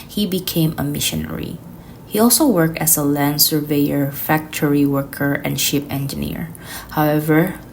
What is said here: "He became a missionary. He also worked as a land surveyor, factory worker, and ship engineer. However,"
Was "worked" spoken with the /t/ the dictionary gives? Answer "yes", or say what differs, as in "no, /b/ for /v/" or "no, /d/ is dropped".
yes